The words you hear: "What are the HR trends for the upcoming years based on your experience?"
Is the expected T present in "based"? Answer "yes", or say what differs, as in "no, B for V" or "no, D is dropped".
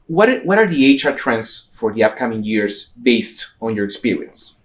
yes